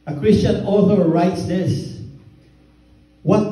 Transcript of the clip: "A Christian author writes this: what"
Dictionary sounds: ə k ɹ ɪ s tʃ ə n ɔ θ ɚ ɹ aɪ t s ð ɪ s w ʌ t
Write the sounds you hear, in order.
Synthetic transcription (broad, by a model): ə k ɹ ɪ s tʃ ə n ɔ θ ɚ ɹ aɪ t s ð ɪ s w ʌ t